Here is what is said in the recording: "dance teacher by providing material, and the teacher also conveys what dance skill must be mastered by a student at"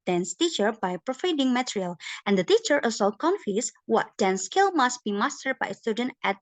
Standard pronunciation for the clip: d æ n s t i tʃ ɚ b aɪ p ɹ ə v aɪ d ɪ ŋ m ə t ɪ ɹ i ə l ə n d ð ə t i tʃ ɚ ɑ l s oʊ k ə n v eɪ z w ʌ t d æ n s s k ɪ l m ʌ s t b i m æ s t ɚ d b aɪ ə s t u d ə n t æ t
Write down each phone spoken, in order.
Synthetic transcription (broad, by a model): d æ n s t i tʃ ɚ b aɪ p ɹ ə f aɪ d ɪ ŋ m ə t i ɹ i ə l ə n d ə t i tʃ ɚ ɑ l s oʊ k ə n f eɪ s w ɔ t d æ n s s k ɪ l m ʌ s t b i m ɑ s t ɚ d b aɪ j s t u d ə n t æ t